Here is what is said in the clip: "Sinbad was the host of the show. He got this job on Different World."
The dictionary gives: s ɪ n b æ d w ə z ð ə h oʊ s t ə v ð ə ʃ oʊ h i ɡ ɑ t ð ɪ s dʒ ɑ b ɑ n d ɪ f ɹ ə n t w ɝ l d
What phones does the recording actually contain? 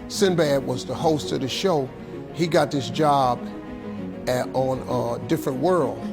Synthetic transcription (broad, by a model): s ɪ n b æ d w ə z ð ə h oʊ s t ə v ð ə ʃ oʊ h i ɡ ɑ t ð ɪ s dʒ ɑ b n d ɪ f ɹ ə n t w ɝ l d